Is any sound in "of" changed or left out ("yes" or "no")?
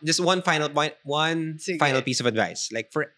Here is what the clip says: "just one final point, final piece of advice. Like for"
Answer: no